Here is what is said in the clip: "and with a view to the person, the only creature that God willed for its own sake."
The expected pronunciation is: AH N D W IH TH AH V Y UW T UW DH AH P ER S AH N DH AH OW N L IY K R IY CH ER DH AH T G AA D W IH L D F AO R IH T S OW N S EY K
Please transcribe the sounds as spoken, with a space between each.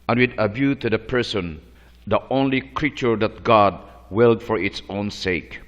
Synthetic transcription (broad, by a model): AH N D W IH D AH B Y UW T UW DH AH P ER S AH N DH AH OW N L IY K R IY CH ER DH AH T G AA D W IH L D F AO R IH T S OW N S EY K